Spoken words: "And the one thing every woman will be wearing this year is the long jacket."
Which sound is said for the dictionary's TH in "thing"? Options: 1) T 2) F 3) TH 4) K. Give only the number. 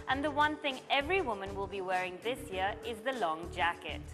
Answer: 3